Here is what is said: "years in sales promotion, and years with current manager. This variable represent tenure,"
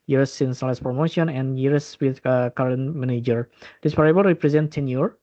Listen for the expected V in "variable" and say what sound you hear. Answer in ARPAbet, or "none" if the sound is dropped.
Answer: P